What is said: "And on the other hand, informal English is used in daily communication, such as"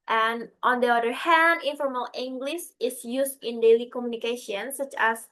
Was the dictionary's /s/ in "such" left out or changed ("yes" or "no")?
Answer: no